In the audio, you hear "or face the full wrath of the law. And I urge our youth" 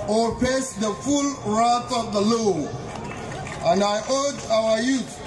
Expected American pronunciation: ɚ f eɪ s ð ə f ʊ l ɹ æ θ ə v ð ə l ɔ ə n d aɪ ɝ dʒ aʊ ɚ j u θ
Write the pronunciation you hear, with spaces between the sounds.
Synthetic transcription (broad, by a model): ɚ p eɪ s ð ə f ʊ l ɹ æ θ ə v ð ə l ɔ ə n d aɪ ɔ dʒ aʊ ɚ j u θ